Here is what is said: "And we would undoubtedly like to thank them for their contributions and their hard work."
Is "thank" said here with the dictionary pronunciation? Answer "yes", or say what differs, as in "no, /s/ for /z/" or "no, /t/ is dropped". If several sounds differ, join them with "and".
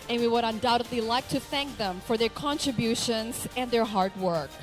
yes